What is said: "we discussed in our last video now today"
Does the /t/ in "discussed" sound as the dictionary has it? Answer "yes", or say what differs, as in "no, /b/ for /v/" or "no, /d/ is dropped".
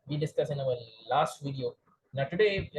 no, /t/ is dropped